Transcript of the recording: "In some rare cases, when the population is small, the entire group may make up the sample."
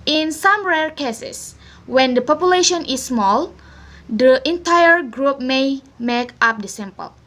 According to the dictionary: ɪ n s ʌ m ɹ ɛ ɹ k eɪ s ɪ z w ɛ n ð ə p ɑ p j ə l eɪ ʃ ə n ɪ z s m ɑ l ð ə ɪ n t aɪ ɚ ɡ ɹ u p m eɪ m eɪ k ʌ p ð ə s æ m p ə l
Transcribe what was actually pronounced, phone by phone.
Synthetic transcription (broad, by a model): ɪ n s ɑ m ɹ ɛ ɹ k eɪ s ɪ s w ɛ n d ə p ɑ p j ə l eɪ ʃ ə n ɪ s m ɑ l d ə ɪ n t aɪ ɚ ɡ ɹ u p m eɪ m eɪ k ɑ p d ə s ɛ m p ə l